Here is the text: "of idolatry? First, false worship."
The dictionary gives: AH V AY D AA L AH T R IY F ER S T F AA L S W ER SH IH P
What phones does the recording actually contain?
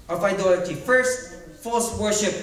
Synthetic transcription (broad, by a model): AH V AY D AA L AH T IY F ER S T F AA L S W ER SH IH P